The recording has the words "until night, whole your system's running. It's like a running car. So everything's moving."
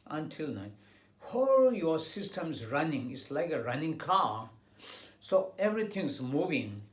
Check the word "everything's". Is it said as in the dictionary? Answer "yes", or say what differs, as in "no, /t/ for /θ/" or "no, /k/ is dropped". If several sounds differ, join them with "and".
no, /t/ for /θ/